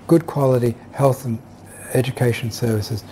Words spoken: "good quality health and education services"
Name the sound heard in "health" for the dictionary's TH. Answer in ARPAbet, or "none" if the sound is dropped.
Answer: TH